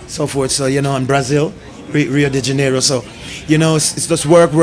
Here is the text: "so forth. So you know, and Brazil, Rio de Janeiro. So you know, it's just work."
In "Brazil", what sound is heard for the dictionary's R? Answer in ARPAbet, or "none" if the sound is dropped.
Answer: R